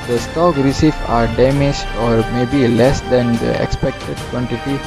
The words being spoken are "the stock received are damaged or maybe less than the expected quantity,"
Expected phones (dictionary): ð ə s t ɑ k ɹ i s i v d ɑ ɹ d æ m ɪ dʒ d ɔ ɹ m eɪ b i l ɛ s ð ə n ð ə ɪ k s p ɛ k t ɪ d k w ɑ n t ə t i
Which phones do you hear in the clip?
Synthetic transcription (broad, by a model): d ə s t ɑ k ɹ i s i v ɑ ɹ d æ m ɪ dʒ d ɔ ɹ m eɪ b i l ɛ s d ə n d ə ɪ k s p ɛ k t ɪ d k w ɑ n t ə t i